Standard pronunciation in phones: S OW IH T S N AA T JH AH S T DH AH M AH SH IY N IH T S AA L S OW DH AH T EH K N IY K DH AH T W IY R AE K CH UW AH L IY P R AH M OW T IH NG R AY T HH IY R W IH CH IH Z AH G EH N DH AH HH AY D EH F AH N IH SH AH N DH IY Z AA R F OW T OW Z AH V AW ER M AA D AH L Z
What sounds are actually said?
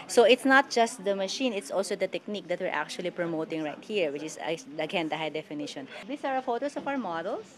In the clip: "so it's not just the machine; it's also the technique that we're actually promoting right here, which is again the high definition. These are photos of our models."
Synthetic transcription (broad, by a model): S OW IH T S N AA T JH AH S T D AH M AH SH IY N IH T S AA L S OW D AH T EH K N IY K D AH T W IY R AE K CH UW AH L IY P R AH M OW T IH NG R AY T HH IY R W IH CH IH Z AH G EH N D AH HH AY D EH F AH N IH SH AH N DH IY S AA R F OW T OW S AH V AW ER M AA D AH L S